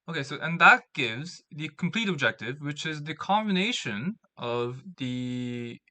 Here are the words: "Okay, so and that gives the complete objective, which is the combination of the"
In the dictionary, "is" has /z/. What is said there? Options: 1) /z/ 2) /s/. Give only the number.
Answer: 1